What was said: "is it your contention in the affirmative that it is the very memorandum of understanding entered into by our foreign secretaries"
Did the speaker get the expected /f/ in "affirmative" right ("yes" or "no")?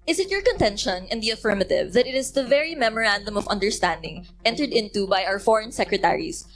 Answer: yes